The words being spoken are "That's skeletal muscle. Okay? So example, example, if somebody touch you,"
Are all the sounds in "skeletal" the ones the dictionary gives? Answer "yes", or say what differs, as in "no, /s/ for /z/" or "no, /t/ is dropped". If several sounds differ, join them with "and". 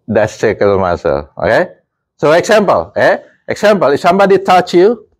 no, /k/ is dropped